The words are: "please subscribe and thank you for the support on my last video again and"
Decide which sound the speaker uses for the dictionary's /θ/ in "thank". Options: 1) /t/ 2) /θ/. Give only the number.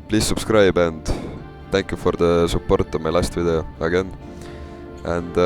1